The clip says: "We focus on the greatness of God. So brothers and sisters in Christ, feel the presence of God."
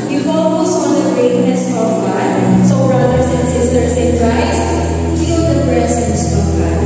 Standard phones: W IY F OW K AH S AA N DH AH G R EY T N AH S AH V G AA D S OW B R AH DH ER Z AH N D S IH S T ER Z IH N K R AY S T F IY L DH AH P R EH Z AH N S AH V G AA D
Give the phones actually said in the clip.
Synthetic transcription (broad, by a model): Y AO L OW AH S AA N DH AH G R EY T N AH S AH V G AA D S OW R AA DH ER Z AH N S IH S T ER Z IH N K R AY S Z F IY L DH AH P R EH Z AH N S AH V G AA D